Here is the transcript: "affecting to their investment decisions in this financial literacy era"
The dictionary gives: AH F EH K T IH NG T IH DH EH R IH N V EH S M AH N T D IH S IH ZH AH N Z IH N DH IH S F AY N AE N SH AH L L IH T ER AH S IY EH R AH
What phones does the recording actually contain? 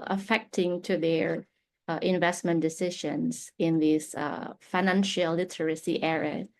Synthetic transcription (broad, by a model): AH F EH K T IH NG T IH DH EH R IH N V EH S M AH N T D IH S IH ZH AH N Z IH N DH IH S F AY N AE N SH AH L L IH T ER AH S IY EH R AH